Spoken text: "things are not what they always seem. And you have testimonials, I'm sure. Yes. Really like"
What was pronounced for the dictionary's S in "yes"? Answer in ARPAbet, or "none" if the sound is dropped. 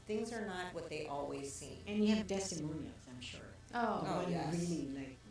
none